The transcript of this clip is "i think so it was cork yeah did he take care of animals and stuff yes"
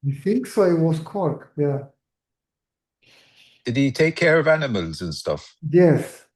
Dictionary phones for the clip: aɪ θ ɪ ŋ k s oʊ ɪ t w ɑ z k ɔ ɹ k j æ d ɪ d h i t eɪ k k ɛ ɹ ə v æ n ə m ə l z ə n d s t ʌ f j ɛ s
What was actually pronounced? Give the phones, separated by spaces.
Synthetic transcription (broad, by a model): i θ ɪ ŋ k s oʊ ɪ t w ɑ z k ɔ ɹ k j æ d ɪ d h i t eɪ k k ɛ ɹ ə v æ n ə m ə l z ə n s t ʌ f j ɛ s